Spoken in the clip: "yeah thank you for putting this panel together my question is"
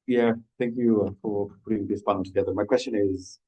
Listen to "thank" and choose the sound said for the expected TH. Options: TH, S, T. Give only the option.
TH